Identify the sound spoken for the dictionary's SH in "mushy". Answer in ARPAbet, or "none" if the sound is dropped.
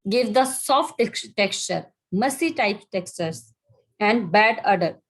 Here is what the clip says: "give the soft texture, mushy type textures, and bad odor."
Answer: S